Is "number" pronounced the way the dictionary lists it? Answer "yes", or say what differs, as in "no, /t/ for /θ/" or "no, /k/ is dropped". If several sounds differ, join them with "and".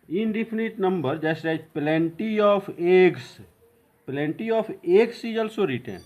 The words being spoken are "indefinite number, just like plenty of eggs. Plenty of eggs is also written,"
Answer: yes